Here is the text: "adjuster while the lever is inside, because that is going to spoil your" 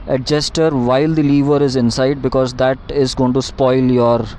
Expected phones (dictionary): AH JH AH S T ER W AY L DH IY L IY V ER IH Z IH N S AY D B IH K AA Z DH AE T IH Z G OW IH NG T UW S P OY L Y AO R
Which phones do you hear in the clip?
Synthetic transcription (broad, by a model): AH JH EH S T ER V AY L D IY L IY V ER IH Z IH N S AY D B IH K AA Z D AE T IH Z G OW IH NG T UW S P OY L Y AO R